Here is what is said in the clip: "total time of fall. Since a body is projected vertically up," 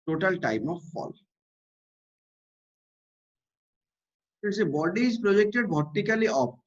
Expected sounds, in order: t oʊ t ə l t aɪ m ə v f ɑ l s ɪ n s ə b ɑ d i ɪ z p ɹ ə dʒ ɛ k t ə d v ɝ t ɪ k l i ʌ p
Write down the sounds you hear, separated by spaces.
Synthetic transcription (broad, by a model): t oʊ t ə l t aɪ m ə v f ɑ l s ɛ s ə b ɑ d i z p ɹ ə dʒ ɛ k t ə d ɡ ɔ t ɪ k l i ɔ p